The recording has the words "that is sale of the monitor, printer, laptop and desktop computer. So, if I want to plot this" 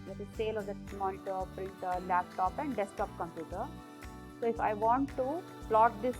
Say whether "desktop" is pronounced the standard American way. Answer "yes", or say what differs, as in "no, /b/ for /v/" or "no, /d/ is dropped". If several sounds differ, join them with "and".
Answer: no, /k/ is dropped